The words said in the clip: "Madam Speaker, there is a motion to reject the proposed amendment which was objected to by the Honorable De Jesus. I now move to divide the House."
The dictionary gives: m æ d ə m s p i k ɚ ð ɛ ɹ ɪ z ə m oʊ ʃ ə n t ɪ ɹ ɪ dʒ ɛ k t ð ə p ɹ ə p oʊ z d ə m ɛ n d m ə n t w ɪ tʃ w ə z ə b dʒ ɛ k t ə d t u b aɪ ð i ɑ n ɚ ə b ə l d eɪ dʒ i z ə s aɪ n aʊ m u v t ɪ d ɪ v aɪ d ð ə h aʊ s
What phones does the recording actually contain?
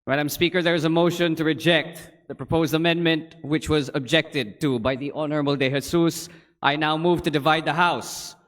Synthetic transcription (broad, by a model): m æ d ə m s p i k ɚ ð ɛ ɹ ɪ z ə m oʊ ʃ ə n t ɪ ɹ ɪ dʒ ɛ k t ð ə p ɹ ə p oʊ z d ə m ɛ n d m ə n t w ɪ tʃ w ə z ə b dʒ ɛ k t ə d t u b aɪ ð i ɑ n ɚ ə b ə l d eɪ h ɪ s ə s aɪ n aʊ m u v t ɪ d ɪ v aɪ d ð ə h aʊ s